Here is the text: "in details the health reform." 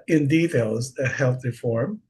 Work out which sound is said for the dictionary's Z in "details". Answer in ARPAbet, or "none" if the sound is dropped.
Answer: Z